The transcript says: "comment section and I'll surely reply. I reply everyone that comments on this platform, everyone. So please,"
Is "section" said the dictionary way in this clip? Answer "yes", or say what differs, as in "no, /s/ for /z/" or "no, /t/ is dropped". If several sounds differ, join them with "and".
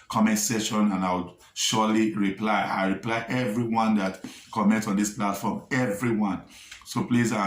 no, /k/ is dropped